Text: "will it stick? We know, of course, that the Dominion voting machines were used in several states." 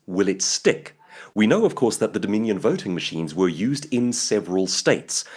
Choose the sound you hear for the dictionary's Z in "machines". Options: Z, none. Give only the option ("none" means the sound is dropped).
Z